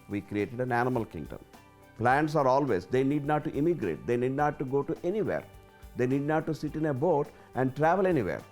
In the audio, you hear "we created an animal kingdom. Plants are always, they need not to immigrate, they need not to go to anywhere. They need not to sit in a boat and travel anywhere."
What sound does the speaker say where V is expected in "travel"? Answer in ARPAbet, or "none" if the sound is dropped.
V